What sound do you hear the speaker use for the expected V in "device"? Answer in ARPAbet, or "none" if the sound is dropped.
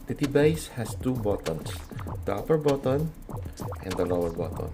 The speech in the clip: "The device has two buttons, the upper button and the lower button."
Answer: B